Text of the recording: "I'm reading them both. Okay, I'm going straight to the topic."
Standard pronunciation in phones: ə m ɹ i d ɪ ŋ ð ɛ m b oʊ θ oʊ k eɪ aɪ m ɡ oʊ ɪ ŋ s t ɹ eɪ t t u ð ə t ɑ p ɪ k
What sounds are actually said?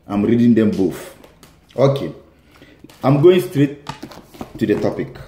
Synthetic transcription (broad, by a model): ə m ɹ i d ɪ ŋ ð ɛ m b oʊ f oʊ k eɪ aɪ m ɡ oʊ ɪ ŋ s t ɹ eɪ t t u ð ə t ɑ p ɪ k